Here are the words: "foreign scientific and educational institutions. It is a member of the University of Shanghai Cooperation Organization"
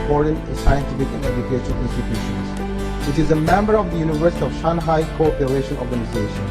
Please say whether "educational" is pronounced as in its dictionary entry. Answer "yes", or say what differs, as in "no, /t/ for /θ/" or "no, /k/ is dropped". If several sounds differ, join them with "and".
no, /n/ is dropped